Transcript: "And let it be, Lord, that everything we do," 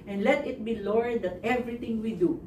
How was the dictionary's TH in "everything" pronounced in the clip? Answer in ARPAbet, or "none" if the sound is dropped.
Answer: T